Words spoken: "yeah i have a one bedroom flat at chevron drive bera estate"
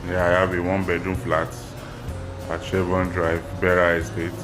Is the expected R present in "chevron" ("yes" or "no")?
no